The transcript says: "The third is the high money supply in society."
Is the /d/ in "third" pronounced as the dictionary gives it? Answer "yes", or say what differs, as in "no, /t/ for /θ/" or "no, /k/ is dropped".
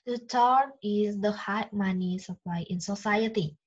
no, /d/ is dropped